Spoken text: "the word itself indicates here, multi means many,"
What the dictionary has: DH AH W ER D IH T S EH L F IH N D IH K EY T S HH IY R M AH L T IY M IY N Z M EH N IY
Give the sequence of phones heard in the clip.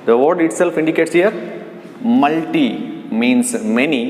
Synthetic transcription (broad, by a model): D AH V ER D IH T S EH L F IH N D IH K EY T S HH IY R M AH L T IY M IY N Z M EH N IY